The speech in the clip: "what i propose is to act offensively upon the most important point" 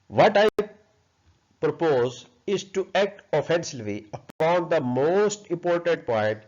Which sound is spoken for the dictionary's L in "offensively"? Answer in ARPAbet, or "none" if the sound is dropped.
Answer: none